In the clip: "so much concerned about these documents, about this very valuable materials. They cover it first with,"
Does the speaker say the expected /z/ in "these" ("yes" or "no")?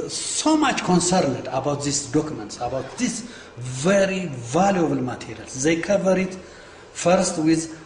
no